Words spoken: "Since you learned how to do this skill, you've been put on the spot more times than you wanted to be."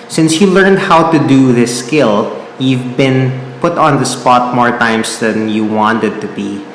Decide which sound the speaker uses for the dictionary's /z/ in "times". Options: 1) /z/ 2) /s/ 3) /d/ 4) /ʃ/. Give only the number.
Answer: 2